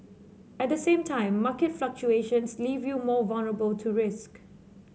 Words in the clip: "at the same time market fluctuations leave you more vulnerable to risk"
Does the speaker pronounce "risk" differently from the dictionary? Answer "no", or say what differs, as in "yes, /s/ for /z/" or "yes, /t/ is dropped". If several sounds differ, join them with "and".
no